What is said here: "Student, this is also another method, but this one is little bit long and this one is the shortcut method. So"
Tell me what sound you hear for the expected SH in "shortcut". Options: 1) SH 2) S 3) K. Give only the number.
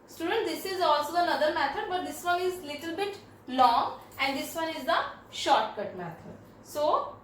1